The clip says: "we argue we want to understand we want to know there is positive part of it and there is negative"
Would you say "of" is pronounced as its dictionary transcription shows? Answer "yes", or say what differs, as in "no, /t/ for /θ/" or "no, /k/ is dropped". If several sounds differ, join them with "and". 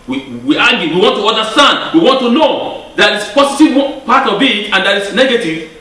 no, /b/ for /v/